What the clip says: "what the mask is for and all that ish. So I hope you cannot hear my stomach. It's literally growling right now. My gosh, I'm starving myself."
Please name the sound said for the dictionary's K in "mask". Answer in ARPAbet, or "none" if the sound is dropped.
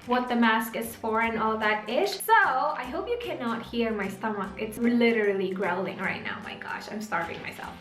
K